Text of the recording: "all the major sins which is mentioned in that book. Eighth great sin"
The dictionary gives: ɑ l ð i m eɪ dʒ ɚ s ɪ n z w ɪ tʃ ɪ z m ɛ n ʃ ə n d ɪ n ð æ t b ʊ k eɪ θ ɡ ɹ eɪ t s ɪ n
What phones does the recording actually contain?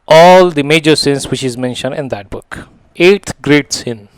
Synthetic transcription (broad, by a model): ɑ l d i m eɪ dʒ ɚ s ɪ n s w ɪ tʃ ɪ z m ɛ n ʃ ə n d ɪ n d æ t b ʊ k eɪ t ɡ ɹ eɪ t s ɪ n